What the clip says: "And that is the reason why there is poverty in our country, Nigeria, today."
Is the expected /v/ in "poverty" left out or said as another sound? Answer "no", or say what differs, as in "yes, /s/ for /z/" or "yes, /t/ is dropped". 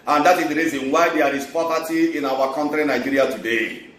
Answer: yes, /p/ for /v/